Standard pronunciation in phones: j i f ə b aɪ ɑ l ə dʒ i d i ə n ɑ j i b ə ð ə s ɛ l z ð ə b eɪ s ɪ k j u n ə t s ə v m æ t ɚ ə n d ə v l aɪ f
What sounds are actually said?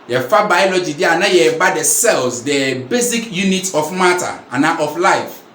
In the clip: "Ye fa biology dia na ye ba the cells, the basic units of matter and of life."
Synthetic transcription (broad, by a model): j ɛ f ə b aɪ ɑ l ə dʒ i d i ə n ɑ j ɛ b ə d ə s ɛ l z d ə b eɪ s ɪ k j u n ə t ə f m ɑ t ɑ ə n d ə f l aɪ f